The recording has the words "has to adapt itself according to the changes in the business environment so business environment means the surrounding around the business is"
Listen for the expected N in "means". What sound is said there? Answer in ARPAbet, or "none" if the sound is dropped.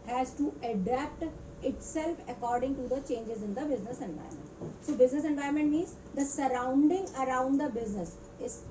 none